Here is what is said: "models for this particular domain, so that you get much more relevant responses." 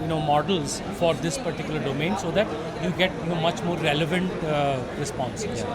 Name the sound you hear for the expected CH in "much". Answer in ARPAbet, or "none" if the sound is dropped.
CH